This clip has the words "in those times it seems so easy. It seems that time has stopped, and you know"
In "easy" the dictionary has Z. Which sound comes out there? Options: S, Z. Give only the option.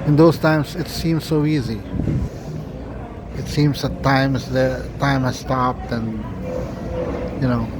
Z